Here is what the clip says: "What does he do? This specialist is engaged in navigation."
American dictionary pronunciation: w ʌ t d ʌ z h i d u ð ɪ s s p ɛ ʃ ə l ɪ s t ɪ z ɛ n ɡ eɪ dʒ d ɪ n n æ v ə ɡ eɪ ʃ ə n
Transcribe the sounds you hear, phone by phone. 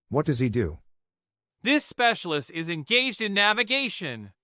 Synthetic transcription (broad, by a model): w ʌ t d ʌ z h i d u ð ɪ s s p ɛ ʃ l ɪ s t ɪ z ɛ n ɡ eɪ dʒ d ɪ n n æ v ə ɡ eɪ ʃ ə n